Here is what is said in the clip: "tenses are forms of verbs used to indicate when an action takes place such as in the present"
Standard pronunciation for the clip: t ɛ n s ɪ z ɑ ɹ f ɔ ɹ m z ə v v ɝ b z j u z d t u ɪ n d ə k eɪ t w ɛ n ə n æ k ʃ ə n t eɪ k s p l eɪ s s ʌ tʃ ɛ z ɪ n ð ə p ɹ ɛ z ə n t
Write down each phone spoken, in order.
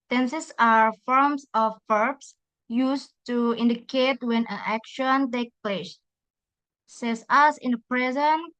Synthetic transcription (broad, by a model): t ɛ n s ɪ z ɑ ɹ f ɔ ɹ m s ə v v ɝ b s j u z t u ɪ n d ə k eɪ t w ɛ n ə n æ k ʃ ə n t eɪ k p l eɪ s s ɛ s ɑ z ɪ n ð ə p ɹ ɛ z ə n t